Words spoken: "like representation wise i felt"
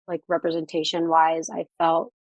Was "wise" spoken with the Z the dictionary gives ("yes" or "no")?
yes